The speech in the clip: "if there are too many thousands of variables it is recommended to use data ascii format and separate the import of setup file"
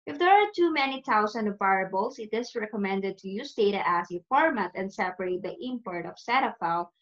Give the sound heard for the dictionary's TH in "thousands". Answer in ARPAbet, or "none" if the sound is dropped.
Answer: T